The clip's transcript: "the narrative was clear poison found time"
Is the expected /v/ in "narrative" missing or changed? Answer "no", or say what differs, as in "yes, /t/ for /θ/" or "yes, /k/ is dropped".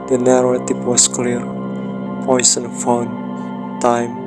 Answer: yes, /p/ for /v/